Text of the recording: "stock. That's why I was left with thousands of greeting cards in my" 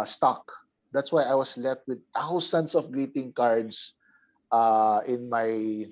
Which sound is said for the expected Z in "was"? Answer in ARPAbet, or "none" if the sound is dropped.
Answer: S